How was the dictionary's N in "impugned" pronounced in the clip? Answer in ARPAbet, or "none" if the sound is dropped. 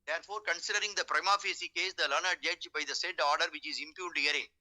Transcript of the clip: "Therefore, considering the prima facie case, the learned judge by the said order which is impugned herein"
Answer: L